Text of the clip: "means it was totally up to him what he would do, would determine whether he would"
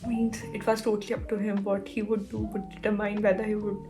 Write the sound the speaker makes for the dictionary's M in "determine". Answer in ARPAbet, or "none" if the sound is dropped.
none